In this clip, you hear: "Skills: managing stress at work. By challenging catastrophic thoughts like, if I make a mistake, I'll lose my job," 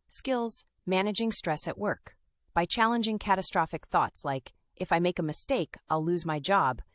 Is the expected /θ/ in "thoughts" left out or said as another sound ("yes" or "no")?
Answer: no